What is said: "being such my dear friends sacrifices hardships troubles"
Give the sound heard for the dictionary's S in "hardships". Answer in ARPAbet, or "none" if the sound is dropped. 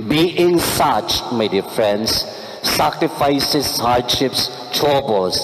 S